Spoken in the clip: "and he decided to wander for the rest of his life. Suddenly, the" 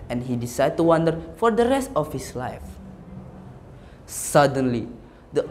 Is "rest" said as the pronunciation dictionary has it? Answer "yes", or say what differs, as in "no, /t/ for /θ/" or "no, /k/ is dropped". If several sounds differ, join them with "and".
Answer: yes